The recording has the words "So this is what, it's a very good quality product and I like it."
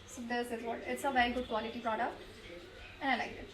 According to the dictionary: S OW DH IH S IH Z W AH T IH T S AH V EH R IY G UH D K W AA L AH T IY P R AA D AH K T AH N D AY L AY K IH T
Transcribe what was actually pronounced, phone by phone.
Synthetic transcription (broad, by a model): S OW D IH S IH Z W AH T IH T S AH V EH R IY G UH D K W AA L AH T IY P R AA D AH K T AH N AY L AY K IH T